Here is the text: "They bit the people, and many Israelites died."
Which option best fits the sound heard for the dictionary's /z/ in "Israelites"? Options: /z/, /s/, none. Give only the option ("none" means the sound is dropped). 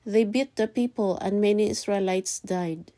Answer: /s/